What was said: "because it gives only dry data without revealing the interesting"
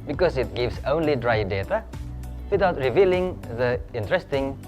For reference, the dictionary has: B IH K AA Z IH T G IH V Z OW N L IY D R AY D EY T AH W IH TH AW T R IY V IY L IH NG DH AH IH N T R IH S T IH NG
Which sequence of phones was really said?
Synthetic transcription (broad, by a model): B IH K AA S IH T G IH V S OW N L IY D R AY D EY T AH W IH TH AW T R IY V IY L IH NG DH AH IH N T R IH S T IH NG